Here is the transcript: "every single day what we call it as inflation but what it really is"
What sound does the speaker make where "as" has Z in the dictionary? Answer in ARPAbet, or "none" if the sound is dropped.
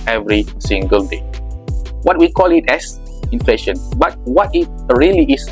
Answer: S